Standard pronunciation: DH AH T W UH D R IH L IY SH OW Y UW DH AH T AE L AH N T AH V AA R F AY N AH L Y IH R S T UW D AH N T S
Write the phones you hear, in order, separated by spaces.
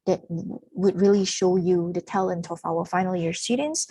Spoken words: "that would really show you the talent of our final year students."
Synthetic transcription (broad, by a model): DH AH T W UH D R IH L IY SH OW Y UW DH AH T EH L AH N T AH F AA L F AY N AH L Y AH R S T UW D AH N T S